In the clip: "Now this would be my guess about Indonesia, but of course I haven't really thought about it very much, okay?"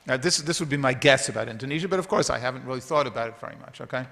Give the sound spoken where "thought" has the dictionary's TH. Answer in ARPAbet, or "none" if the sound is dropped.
TH